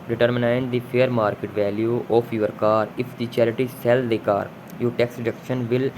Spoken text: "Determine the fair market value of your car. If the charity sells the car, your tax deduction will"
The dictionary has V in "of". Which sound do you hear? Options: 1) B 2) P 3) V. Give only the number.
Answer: 2